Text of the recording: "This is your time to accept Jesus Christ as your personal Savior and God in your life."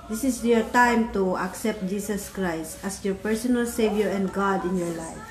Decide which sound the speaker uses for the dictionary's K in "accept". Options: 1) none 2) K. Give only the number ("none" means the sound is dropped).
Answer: 2